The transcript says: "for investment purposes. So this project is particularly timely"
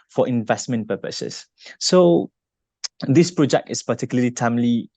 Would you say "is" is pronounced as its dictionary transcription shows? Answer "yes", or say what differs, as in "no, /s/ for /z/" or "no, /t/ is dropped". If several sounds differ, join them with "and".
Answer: no, /s/ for /z/